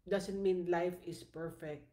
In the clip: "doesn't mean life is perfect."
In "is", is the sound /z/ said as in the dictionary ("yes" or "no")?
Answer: no